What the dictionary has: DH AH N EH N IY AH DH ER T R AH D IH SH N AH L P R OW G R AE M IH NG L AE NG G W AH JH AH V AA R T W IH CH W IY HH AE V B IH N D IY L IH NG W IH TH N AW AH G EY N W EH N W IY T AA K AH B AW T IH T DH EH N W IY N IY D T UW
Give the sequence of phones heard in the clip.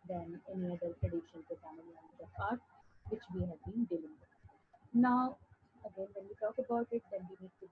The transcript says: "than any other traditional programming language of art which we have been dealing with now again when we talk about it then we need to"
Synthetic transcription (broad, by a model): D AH N EH N IY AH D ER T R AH D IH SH AH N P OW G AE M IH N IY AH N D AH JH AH P AA R T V IH CH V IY HH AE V B IH N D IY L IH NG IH N AW AH G EY N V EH N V IY T AA K AH B AW T IH T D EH N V IY N IY D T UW